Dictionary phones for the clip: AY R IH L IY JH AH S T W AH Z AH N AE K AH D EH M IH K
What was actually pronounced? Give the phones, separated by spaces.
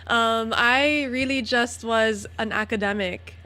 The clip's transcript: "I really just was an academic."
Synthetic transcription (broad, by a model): AY R IH L IY JH AH S T W AH Z AH N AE K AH D EH M IH K